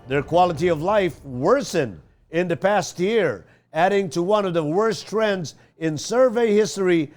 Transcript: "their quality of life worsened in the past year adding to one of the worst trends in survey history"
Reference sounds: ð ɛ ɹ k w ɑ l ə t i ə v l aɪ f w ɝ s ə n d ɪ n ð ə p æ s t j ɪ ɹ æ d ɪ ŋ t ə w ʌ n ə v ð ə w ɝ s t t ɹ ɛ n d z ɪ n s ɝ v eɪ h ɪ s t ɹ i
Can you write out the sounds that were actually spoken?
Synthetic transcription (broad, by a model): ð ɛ ɹ k w ɑ l ə t i ə v l aɪ f w ɝ s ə n ɪ n ð ə p æ s t j ɪ ɹ æ d ɪ ŋ t ə w ʌ n ə v ð ə w ɝ s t t ɹ ɛ n d z ɪ n s ɝ v eɪ h ɪ s t ɹ i